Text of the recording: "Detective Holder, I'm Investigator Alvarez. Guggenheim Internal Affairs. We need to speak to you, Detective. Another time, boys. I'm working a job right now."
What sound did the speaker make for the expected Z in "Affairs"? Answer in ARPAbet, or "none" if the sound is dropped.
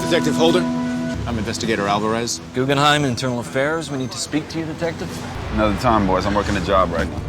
Z